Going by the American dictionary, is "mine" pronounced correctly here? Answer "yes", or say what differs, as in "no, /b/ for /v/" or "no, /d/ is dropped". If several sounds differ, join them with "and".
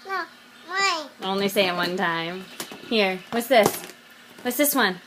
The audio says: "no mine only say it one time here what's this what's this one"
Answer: no, /n/ is dropped